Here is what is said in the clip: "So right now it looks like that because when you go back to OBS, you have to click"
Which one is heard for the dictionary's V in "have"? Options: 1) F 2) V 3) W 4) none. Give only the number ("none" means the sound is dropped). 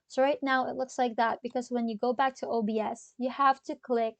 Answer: 1